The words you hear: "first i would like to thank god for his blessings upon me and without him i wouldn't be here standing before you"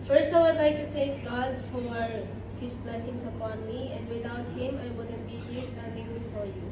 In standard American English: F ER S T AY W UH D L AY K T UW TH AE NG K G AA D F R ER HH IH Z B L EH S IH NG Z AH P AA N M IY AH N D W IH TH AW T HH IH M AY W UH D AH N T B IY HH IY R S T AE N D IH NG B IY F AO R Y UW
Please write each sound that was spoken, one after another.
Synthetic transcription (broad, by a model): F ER S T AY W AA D L AY K T UW T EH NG K G AA D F W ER HH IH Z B L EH S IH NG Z AH P AA N M IY AH N D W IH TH AW T HH IH M AY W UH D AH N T B IY HH IY R S T AE N D IH NG B IY F AO R Y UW